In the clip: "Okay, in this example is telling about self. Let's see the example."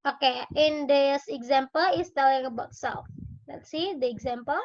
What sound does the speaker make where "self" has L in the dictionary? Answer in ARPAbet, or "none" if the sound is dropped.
none